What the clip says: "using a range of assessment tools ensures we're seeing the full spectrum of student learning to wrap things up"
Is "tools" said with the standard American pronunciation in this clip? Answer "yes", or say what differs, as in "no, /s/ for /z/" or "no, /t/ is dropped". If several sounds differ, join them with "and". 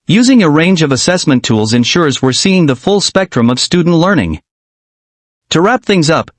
yes